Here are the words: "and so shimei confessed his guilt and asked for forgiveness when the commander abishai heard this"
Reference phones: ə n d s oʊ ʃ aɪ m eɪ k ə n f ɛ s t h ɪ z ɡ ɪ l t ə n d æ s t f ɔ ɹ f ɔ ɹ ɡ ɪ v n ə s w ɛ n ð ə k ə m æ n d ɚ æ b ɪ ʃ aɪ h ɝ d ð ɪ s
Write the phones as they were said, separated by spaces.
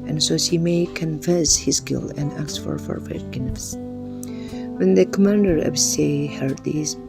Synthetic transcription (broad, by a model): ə n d s oʊ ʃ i m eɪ k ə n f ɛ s h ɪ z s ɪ l ə n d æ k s f ɔ ɹ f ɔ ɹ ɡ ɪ n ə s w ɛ n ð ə k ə m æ n d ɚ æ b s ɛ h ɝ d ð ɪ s